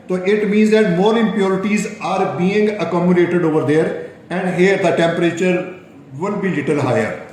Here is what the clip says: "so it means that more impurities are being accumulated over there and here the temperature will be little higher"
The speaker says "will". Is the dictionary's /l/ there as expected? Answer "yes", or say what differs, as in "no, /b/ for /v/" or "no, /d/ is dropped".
no, /n/ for /l/